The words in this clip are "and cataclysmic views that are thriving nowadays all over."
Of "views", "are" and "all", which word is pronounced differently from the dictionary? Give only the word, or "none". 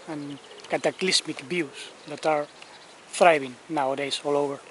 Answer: views